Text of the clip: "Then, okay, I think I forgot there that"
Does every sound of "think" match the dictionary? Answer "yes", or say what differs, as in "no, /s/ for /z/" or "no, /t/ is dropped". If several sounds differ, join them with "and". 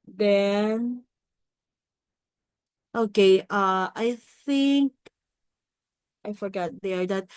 yes